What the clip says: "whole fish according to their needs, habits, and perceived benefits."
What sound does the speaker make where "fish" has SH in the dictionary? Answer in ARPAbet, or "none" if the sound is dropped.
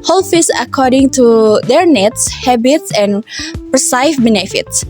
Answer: S